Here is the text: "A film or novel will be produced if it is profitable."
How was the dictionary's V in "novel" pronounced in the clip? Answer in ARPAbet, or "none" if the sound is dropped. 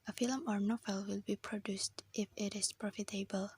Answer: F